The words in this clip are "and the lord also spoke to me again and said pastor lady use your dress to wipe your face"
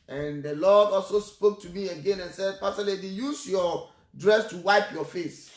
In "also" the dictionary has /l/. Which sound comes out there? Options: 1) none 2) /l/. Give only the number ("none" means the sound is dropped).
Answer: 2